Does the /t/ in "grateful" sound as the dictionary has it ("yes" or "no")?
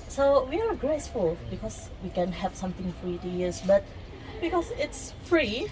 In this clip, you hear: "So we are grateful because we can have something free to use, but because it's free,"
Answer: no